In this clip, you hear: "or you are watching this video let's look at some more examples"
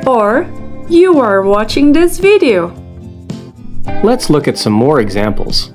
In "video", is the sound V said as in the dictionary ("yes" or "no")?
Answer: yes